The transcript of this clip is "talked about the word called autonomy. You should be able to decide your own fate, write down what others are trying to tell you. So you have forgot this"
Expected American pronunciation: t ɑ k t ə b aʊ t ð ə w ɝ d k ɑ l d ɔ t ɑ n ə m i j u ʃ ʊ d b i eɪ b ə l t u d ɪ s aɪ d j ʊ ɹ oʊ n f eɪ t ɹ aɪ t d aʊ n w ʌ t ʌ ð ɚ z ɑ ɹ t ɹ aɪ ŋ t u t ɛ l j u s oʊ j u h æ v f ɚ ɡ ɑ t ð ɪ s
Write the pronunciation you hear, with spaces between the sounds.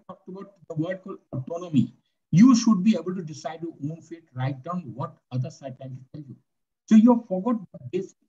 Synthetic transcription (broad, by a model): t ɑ k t ə b aʊ t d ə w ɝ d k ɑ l ɔ t ɑ n ə m i j u ʃ ʊ d b i eɪ b ə l t u d ɪ s aɪ d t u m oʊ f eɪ t ɹ aɪ t d aʊ n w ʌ t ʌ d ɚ s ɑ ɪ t aɪ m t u t ɛ l j u s oʊ j u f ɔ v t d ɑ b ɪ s